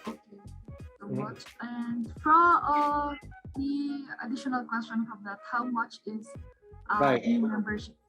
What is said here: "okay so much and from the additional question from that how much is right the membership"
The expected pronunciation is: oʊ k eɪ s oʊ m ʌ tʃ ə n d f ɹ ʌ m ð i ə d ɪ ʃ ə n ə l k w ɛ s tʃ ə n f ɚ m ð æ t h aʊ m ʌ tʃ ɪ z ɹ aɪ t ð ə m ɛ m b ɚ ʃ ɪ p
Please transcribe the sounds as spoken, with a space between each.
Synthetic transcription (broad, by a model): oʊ k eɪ s oʊ m ʌ tʃ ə n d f ɹ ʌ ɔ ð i ə d ɪ ʃ ə n ə l k w ɛ s tʃ ə n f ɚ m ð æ t h aʊ m ʌ tʃ ɪ z t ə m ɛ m b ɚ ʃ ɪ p